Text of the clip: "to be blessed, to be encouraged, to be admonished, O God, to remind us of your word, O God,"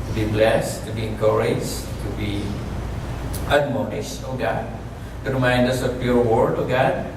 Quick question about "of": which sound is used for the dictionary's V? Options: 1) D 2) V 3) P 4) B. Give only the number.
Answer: 3